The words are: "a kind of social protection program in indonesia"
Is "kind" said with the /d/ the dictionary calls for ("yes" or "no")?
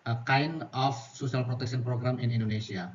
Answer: no